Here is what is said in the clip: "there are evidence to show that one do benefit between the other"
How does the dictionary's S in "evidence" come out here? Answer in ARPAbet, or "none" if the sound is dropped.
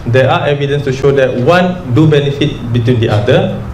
S